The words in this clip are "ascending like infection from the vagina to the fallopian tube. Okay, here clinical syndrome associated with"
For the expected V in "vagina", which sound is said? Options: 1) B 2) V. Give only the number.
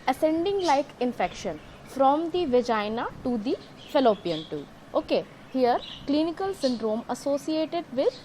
2